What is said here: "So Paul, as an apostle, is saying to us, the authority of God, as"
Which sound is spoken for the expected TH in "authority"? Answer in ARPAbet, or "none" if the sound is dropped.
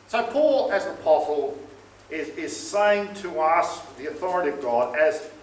TH